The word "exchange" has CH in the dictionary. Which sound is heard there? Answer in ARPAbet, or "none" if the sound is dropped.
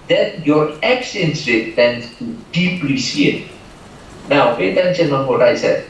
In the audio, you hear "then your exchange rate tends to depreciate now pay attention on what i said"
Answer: none